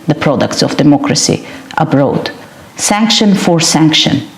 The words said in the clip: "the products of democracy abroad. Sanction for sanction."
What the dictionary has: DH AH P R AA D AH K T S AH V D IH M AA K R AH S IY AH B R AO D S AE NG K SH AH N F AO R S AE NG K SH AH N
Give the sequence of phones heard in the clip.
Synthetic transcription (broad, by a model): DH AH P R AA D AH K T S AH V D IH M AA K R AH S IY AH B R AO D S AE NG K SH AH N F AO R S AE NG K SH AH N